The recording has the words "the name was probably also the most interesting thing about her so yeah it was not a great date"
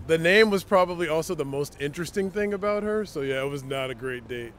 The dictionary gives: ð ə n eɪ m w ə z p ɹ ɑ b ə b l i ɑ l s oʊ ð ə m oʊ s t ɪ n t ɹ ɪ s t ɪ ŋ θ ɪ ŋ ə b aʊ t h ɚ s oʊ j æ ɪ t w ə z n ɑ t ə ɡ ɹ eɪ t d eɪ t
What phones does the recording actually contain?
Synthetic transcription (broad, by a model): ð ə n eɪ m w ə z p ɹ ɑ b ə b l i ɑ l s oʊ ð ə m oʊ s t ɪ n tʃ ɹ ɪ s t ɪ ŋ θ ɪ ŋ ə b aʊ t h ɚ s oʊ j æ ɪ t w ə z n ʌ t ə ɡ ɹ eɪ t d eɪ t